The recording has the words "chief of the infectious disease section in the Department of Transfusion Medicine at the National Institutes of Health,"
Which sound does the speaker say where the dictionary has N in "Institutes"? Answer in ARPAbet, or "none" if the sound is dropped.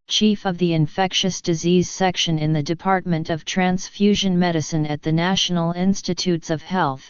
N